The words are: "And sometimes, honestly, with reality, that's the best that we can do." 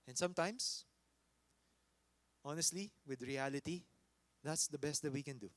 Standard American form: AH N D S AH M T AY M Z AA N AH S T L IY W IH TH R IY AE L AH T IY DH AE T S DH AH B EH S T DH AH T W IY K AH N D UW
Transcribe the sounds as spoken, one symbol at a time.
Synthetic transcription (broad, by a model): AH N S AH M T AY M S AA N AH S T L IY W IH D R IY AE L AH T IY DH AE T S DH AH B EH S T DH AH T W IY K AH N D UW